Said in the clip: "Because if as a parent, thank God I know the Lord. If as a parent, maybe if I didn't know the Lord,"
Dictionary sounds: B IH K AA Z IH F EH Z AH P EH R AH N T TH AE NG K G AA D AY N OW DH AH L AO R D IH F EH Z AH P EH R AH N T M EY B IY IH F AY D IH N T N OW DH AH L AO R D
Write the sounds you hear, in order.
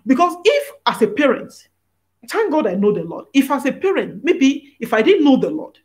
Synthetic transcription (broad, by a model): B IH K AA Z IH F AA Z AH P EH R AH N T T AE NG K G AA D AY N OW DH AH L AO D IH F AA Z AH P EH R AH N T M EY B IY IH F AY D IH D N OW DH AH L AO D